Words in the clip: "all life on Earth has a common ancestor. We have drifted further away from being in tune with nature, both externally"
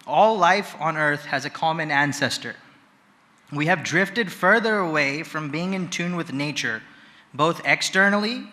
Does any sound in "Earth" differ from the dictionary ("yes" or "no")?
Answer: no